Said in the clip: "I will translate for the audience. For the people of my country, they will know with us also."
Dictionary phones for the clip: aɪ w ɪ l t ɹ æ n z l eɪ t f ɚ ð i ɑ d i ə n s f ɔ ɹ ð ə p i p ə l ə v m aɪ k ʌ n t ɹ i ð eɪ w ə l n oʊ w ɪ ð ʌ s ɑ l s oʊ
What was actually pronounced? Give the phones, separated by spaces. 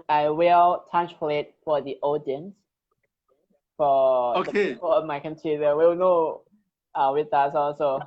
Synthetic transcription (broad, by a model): aɪ w ɪ l t æ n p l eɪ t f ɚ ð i ɑ d i ə n s f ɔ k ð ə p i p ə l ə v m aɪ k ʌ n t i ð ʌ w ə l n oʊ w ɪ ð ʌ s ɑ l s oʊ